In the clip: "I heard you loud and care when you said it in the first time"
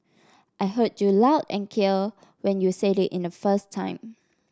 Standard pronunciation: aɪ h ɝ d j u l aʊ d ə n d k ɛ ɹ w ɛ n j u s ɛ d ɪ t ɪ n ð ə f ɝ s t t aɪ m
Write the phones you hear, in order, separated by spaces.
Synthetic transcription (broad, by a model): aɪ h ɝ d j u l aʊ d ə n k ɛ l w ɛ n j u s ɛ d ɪ t ɪ n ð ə f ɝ s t t aɪ m